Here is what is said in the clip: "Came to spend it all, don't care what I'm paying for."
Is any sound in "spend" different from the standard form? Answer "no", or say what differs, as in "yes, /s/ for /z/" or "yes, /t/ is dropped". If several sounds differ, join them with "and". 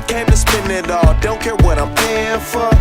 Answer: yes, /d/ is dropped